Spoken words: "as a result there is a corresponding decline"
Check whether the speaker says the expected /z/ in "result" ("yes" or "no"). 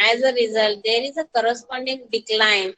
yes